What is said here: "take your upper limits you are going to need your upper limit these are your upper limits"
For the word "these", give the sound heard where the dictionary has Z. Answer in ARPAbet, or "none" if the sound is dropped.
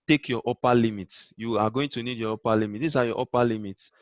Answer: S